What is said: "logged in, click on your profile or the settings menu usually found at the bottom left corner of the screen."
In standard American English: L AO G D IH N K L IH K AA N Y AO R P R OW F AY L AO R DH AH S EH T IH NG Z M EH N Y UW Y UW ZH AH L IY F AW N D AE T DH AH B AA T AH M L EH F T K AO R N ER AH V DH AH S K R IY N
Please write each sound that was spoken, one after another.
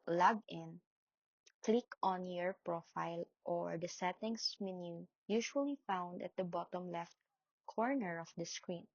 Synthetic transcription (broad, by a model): L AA G IH N K L IH K AA N Y AO R P R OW F AY L AO R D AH S EH T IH NG S M EH N Y UW Y UW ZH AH L IY F AW N D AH T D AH B AA T AH M L EH F T K AO R N ER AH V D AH S K R IY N